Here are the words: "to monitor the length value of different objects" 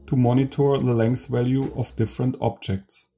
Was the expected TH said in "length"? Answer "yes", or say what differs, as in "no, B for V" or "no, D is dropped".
yes